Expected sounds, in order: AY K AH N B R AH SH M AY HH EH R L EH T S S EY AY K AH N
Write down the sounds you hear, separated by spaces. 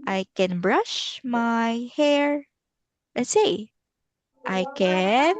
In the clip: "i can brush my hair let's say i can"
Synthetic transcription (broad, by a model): AY K AH N B R AH SH M AY HH EH R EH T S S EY AY K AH N